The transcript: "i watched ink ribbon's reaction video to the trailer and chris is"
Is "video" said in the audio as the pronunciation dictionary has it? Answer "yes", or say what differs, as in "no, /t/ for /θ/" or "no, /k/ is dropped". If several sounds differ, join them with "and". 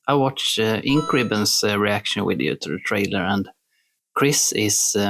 no, /w/ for /v/